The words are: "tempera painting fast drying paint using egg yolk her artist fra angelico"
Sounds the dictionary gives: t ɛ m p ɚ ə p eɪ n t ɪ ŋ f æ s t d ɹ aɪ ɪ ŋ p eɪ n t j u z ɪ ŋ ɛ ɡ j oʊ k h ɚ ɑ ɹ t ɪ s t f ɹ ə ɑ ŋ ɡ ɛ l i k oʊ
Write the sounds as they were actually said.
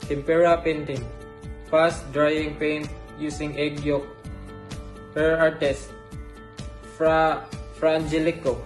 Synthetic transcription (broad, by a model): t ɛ m p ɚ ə p eɪ n t ɪ ŋ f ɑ s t d ɹ aɪ ɪ ŋ p eɪ n t j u s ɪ ŋ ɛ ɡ j oʊ k h ɚ ɑ ɹ t ɪ s t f ɹ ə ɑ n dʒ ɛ l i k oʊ